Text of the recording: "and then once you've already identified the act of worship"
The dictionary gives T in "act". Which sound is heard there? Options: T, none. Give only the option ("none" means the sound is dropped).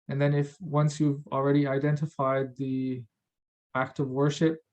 T